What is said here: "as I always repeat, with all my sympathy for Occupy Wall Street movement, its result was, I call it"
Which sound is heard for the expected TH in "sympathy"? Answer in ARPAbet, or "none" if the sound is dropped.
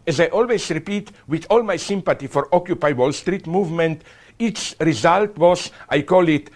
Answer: T